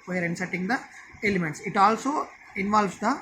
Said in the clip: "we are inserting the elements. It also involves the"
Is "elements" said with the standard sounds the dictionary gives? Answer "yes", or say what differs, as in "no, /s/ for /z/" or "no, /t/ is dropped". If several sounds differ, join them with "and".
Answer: yes